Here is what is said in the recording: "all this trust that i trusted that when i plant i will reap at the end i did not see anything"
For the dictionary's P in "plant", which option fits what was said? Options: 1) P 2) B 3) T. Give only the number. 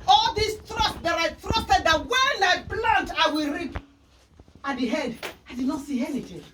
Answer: 2